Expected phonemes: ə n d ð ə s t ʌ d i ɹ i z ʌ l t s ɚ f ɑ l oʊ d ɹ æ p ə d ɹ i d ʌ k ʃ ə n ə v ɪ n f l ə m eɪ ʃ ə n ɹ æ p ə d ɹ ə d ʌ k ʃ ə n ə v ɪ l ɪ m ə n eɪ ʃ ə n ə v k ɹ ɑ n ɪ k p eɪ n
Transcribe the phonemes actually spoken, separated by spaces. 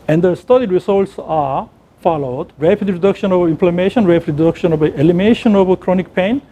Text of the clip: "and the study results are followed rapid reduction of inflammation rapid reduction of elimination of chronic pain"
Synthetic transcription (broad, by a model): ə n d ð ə s t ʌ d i ɹ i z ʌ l t s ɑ f ɑ l oʊ d ɹ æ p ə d ɹ i d ʌ k ʃ ə n ə v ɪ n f l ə m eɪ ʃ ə n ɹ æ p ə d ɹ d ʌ k ʃ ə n ə v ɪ ɛ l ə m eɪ ʃ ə n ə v k ɹ ɑ n ɪ k p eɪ n